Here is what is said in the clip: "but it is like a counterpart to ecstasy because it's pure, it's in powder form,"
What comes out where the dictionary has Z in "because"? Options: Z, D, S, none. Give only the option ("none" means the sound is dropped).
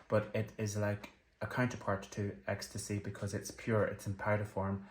Z